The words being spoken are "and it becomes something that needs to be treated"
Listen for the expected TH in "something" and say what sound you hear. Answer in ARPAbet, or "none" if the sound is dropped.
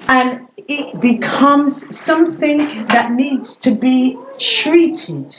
TH